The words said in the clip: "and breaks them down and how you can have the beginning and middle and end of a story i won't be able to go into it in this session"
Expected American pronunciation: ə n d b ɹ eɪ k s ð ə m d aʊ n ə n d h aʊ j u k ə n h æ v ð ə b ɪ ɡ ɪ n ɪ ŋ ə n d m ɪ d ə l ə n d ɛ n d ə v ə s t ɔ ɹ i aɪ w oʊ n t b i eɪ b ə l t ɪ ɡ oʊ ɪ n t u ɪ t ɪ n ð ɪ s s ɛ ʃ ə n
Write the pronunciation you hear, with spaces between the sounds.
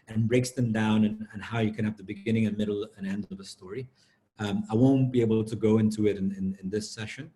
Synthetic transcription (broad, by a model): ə n b ɹ eɪ k s ð ə m d aʊ n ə n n h aʊ j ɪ k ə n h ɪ v ð ə b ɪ ɡ ɪ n ɪ ŋ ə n m ɪ d l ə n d ɛ n d ə v ə s t ɔ ɹ i aɪ w oʊ n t b i eɪ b l t ɪ ɡ oʊ ɪ n t u ɪ t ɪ n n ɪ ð s ɛ ʃ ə n